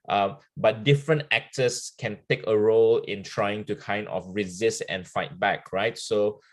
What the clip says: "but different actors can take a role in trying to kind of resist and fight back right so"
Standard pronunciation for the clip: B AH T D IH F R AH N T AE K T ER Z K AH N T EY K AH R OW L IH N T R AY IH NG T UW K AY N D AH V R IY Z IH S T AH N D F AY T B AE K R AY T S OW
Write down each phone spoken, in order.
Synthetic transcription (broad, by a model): B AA T D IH F R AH N T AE K T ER S K AH N T EY K AH R OW L IH N T R AY IH NG T UW K AY N D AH F R IY Z IH S T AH N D F AY T B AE K R AY T S OW